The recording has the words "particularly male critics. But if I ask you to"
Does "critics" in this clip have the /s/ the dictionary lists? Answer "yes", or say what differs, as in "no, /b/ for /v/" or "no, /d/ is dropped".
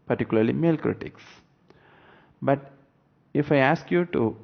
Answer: yes